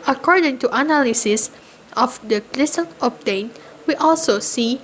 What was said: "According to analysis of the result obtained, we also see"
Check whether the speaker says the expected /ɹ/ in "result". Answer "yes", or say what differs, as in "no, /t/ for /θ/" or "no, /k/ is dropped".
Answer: no, /l/ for /ɹ/